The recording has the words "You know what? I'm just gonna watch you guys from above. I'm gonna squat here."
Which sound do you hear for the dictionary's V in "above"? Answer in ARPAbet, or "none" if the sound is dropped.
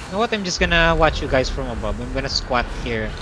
B